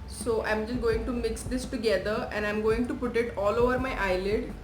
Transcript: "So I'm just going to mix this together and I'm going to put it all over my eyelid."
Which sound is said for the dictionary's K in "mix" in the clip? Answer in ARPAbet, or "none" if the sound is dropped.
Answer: K